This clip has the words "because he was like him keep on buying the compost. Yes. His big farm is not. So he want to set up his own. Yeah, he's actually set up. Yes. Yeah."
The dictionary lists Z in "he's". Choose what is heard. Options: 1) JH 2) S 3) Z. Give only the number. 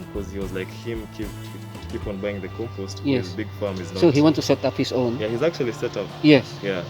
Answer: 3